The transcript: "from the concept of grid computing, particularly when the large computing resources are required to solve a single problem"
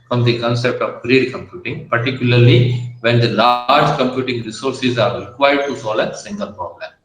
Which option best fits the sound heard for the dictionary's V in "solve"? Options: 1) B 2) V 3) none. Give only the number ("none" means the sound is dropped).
3